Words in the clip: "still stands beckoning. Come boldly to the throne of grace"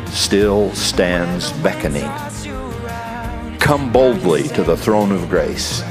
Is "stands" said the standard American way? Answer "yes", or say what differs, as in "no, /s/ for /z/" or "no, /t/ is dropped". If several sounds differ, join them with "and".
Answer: yes